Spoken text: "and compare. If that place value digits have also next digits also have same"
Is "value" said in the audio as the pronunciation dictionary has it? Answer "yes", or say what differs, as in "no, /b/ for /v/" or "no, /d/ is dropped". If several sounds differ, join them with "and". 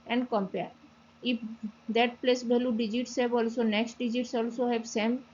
no, /b/ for /v/